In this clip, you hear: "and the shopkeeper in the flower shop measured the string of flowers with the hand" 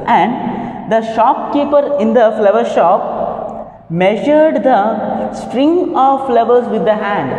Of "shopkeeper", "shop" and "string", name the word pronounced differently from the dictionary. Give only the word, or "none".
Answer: none